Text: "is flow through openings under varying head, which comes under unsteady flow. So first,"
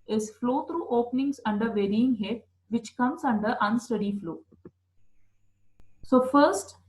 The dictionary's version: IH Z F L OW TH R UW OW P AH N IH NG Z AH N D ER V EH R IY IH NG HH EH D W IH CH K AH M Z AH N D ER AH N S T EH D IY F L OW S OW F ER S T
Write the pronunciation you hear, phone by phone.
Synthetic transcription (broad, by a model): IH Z F L OW T R UW OW P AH N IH NG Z AH N D ER V EH R IY IH NG HH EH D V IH CH K AH M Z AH N D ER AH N S T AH D IY F L OW S OW F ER S T